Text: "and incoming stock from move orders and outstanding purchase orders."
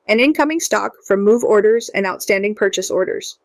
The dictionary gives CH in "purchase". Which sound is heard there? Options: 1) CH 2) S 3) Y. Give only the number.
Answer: 1